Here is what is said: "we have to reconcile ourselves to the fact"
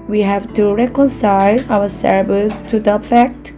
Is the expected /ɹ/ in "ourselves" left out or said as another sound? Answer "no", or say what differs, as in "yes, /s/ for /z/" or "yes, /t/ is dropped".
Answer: yes, /w/ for /ɹ/